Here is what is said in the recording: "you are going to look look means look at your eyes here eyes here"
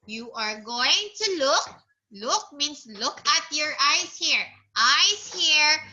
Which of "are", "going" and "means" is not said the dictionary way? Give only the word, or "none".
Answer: means